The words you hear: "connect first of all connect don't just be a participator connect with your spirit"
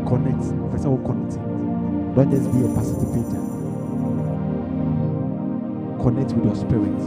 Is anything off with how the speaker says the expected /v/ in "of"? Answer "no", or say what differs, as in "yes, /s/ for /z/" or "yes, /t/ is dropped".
yes, /w/ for /v/